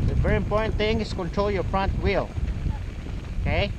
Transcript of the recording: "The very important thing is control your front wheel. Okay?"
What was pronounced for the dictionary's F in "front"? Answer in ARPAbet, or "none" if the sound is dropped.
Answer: P